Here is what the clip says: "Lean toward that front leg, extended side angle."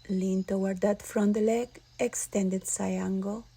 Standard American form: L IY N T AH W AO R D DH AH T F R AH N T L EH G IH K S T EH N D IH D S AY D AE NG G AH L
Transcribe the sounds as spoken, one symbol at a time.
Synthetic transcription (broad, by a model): L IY N T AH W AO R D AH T F R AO N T L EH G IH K S T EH N D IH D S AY AA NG G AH